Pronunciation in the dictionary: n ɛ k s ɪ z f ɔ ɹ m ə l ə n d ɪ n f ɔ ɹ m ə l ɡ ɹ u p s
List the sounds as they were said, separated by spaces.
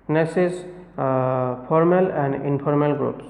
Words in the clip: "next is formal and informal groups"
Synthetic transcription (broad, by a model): n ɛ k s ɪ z p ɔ ɹ m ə l ə n d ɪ n p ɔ ɹ m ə l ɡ ɹ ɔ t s